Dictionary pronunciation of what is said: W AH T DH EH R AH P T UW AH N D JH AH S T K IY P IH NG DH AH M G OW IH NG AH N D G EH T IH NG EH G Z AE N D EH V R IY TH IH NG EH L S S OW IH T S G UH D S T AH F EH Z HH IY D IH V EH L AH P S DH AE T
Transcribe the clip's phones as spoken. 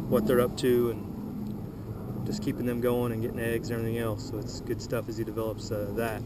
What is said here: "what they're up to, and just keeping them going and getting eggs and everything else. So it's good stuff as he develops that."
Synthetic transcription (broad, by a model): W AH T DH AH R AH P T UW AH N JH AH S K IY P IH NG DH AH M G OW IH NG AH N G EH T IH NG EH G Z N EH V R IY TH IH NG EH L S S OW IH T S G UH D S T AH F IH Z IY D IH V EH L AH P S DH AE T